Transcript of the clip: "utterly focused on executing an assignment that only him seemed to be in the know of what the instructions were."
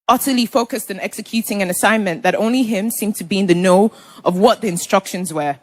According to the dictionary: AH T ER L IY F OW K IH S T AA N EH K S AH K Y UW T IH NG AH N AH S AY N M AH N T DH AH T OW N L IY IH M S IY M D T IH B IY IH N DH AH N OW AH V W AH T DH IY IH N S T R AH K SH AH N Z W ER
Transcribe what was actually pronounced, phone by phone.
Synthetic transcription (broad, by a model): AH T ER L IY F OW K IH S T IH N EH K S AH K Y UW T IH NG AH N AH S AY N M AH N DH AH T OW N L IY IH M S IY M T IH B IY IH N DH AH N OW AH V W AH T DH IY IH N S T R AH K SH AH N Z W ER